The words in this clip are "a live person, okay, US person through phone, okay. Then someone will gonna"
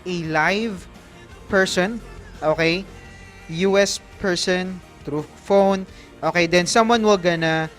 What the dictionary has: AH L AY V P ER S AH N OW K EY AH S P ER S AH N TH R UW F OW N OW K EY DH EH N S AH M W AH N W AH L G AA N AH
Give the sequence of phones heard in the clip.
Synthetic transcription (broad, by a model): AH L AY V P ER S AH N OW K EY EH S P ER S AH N T R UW F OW N OW K EY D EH N S AH M W AH N W AH L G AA N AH